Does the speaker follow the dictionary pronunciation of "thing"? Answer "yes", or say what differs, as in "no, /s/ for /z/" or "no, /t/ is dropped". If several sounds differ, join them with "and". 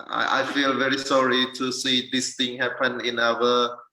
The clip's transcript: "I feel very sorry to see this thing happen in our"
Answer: no, /t/ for /θ/